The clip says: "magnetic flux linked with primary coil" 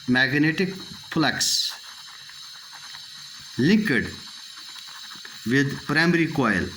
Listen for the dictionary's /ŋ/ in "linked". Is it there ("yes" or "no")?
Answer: no